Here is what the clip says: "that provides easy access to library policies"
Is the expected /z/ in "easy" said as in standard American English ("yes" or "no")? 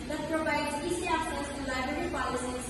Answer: no